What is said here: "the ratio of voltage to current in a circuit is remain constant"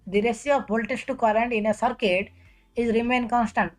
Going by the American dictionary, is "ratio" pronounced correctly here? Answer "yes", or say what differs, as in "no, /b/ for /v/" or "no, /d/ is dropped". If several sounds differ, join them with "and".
no, /s/ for /ʃ/